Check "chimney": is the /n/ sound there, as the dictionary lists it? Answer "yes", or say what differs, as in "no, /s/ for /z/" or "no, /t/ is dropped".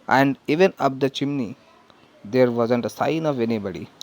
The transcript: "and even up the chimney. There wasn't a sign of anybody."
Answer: yes